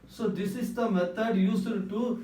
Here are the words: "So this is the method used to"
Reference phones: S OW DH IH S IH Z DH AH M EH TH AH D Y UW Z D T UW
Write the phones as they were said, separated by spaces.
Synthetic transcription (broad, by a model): S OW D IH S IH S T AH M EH T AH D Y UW S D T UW